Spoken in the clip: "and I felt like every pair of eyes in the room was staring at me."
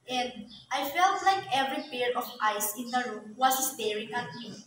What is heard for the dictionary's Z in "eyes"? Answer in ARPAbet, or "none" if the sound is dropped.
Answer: S